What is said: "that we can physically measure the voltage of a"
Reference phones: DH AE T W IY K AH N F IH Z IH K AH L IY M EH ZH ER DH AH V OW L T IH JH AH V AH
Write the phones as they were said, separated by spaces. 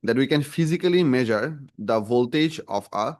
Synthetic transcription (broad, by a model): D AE T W IY K AH N F IH Z IH K AH L IY M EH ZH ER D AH V OW L T IH JH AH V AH